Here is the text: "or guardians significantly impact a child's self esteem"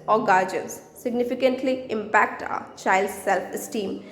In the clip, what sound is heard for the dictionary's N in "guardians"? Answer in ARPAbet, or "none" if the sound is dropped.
none